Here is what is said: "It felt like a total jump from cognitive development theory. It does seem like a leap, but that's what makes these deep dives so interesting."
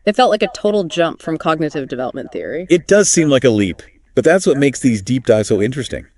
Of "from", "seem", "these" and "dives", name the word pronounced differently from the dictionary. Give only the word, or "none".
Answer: dives